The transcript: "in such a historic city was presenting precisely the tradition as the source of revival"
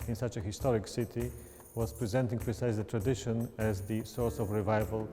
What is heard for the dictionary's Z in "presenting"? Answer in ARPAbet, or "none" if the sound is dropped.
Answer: Z